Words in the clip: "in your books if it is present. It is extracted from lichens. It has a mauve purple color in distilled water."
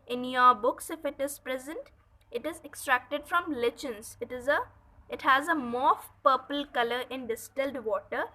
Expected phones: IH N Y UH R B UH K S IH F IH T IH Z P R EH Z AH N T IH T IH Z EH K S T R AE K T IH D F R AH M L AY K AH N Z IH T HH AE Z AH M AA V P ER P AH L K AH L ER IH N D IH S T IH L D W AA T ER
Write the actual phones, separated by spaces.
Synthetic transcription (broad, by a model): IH N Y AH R B UH K S IH F IH T IH Z P R EH Z AH N T IH T IH Z EH K S T R AE K T IH D F R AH M L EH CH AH N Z IH T HH AE Z AH M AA F P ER P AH L K AH L ER IH N D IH S T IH L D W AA T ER